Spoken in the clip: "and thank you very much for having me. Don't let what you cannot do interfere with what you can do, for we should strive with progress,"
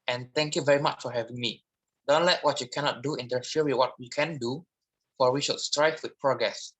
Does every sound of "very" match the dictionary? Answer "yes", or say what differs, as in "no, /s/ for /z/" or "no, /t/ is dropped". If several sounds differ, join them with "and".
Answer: yes